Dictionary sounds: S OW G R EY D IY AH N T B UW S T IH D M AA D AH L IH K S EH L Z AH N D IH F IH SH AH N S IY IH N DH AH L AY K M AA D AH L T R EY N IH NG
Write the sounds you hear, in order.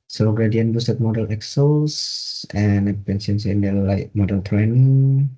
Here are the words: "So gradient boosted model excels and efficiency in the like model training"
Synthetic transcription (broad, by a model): S OW G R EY D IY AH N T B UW S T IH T M AA D AH L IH K S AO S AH N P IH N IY AH N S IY IH N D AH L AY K M AA D AH L T R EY N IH NG